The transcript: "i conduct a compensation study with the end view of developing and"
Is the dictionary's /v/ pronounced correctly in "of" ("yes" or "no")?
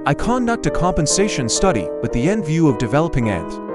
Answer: yes